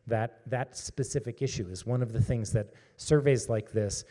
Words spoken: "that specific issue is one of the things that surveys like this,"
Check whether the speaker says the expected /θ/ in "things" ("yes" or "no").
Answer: yes